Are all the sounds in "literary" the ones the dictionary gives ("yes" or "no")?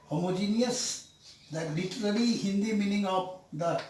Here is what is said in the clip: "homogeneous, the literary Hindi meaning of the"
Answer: no